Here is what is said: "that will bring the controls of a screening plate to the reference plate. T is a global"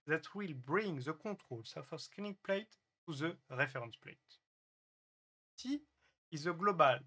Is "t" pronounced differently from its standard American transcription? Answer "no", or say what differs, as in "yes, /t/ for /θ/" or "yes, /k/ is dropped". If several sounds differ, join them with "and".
yes, /s/ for /t/